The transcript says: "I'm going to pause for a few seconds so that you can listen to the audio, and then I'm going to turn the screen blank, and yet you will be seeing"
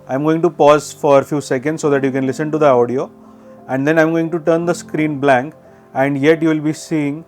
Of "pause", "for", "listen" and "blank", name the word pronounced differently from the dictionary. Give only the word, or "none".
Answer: none